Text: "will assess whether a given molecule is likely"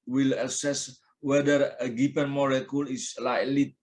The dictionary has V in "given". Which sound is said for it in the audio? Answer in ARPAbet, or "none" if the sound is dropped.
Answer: P